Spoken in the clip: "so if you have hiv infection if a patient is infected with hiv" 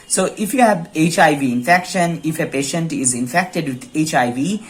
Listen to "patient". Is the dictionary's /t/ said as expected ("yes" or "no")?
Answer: yes